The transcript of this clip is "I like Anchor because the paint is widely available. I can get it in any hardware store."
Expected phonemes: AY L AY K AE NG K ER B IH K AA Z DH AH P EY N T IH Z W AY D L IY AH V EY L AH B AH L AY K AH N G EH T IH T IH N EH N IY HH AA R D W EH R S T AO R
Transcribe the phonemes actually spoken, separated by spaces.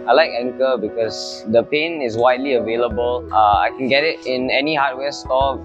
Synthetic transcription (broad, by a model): AY L AY K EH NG K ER B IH K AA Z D AH P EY N IH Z W AY D L IY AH V EY L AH B AH L AY K AH N G EH T IH T IH N EH N IY HH AA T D W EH S T AO